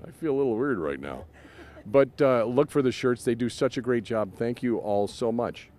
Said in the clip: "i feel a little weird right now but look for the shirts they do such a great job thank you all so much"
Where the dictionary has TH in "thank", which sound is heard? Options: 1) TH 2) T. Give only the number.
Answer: 1